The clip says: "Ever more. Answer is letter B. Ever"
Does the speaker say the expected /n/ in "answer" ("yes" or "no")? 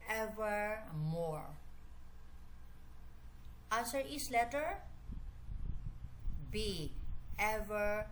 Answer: no